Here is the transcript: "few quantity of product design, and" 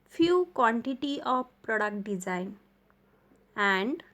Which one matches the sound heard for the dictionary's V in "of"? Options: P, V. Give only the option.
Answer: P